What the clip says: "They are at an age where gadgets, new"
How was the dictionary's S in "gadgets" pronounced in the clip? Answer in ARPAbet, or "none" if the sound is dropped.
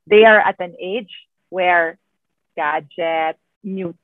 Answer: none